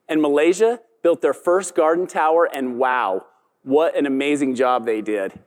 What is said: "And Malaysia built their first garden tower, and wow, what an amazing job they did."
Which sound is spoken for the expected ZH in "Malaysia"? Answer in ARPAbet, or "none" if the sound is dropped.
ZH